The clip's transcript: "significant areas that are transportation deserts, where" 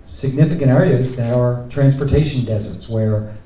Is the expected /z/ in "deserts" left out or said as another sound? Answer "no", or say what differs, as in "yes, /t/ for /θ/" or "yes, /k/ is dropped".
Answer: no